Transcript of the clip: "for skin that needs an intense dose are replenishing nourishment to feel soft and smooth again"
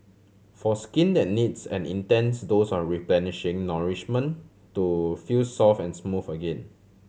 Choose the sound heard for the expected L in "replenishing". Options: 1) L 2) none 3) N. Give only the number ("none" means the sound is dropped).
1